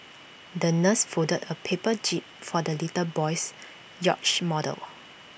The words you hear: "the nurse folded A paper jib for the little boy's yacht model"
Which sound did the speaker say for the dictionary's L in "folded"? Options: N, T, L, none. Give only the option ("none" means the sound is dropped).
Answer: none